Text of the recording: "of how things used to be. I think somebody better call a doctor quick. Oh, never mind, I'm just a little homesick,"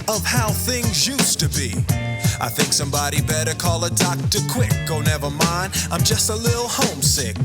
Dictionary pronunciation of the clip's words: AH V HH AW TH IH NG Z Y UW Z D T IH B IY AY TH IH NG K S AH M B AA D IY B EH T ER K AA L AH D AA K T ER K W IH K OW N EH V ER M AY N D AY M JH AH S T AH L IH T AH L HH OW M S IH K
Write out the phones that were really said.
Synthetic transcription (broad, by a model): AH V HH AW TH IH NG Z Y UW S T IH B IY AY TH IH NG K S AH M B AA D IY B EH T ER K AA L AH D AA K T ER K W IH K OW N EH V ER M AY N D AY M JH AH S T AH L IH T L HH OW M S IH K